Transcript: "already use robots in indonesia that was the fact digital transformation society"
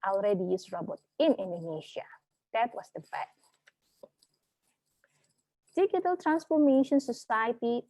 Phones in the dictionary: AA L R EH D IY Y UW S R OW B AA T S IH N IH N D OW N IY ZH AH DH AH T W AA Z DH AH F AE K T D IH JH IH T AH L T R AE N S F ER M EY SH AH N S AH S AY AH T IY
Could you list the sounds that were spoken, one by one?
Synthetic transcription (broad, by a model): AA L R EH D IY Y UW S R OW B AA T IH N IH N D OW N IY SH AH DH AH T W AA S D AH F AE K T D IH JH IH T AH L T R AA N S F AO M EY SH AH N S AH S AY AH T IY